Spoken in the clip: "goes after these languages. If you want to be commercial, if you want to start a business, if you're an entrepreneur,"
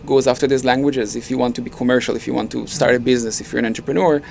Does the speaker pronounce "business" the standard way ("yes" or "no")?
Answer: yes